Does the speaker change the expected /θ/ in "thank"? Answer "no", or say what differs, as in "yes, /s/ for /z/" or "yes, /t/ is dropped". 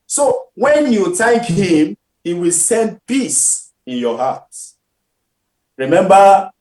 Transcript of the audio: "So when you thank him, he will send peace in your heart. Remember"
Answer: yes, /t/ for /θ/